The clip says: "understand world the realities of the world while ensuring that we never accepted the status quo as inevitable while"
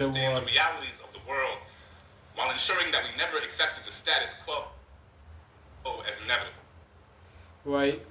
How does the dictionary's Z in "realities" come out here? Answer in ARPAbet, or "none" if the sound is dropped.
Z